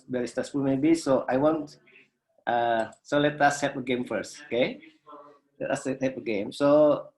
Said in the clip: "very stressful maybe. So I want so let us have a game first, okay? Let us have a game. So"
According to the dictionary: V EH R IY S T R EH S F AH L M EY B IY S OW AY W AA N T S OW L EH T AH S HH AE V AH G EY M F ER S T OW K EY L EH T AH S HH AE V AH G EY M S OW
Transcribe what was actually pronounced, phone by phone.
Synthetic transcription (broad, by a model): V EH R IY S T AA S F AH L M EY B IY S OW AY W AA N T S OW L EH T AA S HH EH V AH G EY M F ER S T OW K EY L EH T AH S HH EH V AH G EY M S OW